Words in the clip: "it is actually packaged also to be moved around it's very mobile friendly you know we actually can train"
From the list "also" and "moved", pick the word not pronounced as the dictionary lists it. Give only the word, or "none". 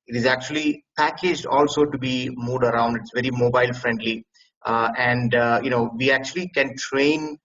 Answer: moved